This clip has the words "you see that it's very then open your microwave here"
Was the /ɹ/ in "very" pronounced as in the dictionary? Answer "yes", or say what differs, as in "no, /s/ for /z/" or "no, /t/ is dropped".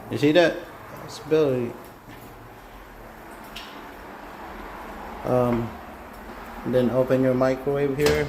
no, /l/ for /ɹ/